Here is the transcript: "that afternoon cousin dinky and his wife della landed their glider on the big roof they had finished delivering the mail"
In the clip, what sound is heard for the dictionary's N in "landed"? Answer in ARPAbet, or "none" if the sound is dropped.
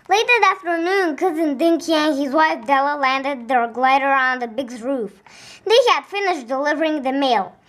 N